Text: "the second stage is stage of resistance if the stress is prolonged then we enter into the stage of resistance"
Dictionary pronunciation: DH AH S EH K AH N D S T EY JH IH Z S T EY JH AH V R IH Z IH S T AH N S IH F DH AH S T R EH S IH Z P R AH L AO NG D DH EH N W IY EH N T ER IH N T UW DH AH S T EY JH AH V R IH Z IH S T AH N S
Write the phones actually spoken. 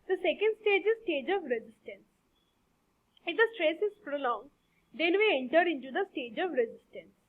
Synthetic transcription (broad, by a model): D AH S EH K AH N D S T EY JH IH Z S T EY JH AH V R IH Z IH S T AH N S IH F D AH S T R EH S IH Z P R AH L AO NG D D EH N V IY EH N T ER IH N T UW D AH S T EY JH AH V R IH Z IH S T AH N S